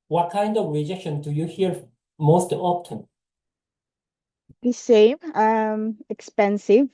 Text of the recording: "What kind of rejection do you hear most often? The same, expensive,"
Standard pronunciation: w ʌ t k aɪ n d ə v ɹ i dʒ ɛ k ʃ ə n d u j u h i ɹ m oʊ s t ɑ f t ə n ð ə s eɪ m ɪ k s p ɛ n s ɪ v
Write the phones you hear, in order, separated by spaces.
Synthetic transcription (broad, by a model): w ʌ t k aɪ n d ə v ɹ i dʒ ɛ k ʃ ə n d u j u h i ɹ m oʊ s t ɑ p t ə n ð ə s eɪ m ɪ k s p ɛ n s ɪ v